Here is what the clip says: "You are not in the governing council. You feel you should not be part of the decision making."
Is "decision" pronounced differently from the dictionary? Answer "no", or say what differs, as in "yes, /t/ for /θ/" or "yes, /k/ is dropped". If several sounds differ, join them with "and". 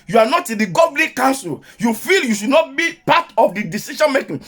yes, /ʃ/ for /ʒ/